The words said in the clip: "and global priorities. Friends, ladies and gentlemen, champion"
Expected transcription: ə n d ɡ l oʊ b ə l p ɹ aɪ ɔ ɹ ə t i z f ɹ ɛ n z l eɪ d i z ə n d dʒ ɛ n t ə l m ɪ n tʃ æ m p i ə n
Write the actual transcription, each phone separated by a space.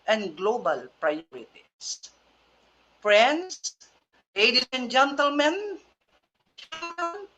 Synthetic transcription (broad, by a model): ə n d ɡ l oʊ b ə l p ɹ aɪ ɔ ɹ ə t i s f ɹ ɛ n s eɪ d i s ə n dʒ ɛ n t ə l m ɪ n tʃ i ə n